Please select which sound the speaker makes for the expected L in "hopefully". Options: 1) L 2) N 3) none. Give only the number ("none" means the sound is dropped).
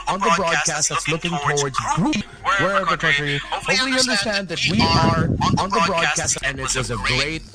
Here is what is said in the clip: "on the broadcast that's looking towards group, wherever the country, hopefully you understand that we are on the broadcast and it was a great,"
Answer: 3